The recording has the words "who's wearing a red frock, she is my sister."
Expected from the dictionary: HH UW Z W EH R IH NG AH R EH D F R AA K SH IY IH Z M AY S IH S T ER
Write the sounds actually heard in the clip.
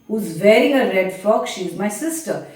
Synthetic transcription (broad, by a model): HH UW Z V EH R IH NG AH R EH D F AA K SH IY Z M AY S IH S T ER